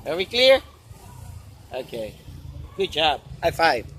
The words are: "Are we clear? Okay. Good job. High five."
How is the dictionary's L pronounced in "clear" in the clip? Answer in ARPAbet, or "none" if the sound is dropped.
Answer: L